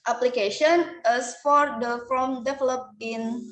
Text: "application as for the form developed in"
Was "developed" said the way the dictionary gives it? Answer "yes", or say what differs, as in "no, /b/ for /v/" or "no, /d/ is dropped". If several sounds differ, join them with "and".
no, /t/ is dropped